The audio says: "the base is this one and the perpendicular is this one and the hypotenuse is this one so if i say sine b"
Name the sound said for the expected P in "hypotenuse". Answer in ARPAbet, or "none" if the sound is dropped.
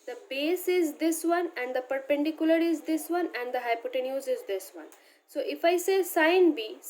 P